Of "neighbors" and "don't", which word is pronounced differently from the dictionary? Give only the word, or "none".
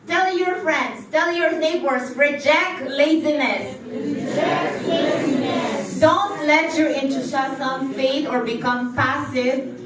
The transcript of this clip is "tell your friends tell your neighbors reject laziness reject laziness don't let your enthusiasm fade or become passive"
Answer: neighbors